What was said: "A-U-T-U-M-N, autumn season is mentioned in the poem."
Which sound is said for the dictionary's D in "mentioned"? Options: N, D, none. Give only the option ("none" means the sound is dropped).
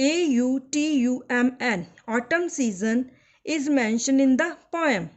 none